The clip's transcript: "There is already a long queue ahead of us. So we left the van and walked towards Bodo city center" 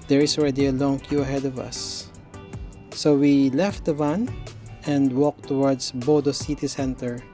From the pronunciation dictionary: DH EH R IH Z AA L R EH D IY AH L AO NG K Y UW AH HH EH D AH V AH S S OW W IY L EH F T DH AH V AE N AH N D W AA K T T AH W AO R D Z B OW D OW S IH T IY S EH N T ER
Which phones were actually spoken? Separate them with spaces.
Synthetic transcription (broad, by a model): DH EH R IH S AA L R EH D IY AH L AO NG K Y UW AH HH EH D AH V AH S S OW W IY L EH F T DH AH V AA N AH N D W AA K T T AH W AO R D S B OW D OW S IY T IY S EH N T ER